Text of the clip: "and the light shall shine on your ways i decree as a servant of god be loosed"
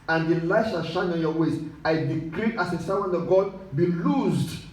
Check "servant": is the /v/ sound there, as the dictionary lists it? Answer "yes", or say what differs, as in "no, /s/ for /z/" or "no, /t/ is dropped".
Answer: no, /w/ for /v/